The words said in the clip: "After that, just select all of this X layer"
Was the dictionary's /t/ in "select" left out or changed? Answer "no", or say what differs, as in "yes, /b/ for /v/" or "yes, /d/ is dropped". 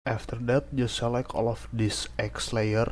yes, /t/ is dropped